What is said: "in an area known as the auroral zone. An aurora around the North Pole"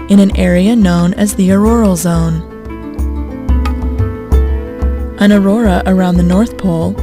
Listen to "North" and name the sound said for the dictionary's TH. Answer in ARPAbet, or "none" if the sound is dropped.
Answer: TH